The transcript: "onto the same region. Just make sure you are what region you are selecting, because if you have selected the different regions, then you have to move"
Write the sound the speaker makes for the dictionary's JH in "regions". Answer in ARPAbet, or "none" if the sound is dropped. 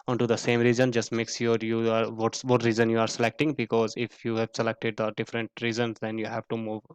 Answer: Z